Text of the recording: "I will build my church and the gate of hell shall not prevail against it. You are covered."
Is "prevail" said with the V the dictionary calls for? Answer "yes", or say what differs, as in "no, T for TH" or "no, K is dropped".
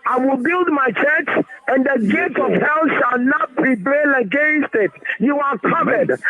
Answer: no, B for V